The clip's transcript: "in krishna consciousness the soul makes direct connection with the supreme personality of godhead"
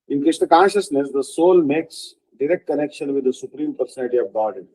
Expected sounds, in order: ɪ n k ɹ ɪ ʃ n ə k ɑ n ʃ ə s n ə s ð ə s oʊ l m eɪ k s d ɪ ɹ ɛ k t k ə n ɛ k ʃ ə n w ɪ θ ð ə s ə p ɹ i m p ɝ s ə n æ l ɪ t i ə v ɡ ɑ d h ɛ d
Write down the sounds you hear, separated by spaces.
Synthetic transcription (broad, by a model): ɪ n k ɪ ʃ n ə k ɑ n ʃ ə s n ə s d ə s oʊ l m eɪ k s d ɪ ɹ ɛ k t k ə n ɛ k ʃ ə n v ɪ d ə s ə p ɹ i m p ɝ s ə n æ l ɪ t i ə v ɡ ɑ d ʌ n